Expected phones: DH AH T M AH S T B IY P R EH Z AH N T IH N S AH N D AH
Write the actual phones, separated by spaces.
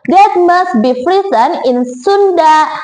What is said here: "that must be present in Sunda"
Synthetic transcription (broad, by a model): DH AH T M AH S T B IY F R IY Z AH N IH N S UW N D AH